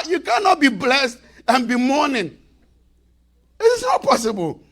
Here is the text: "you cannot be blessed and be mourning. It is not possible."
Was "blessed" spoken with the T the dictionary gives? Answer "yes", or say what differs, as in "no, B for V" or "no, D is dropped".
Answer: yes